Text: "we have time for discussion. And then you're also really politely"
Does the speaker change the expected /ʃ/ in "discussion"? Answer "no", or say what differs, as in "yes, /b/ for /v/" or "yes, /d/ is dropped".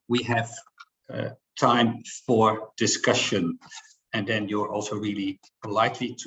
no